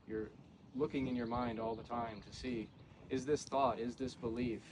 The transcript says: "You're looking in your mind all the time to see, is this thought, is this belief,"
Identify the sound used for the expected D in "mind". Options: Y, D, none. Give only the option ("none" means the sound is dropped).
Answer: D